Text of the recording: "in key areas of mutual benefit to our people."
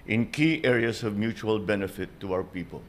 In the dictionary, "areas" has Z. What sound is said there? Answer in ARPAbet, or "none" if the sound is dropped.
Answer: S